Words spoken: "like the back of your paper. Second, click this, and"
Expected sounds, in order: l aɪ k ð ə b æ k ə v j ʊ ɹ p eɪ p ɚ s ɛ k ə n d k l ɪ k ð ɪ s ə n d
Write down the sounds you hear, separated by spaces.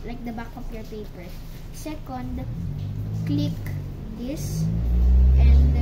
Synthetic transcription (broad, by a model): l aɪ k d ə b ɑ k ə p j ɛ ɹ p eɪ p ɚ s ɛ k ə n d k l ɪ k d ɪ s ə n d